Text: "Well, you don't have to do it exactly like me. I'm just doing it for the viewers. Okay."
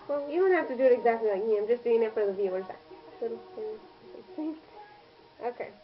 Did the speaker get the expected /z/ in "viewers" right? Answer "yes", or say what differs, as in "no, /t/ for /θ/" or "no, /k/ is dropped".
no, /s/ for /z/